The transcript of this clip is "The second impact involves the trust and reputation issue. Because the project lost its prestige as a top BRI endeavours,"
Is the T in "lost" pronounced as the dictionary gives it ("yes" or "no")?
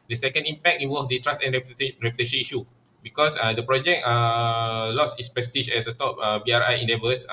no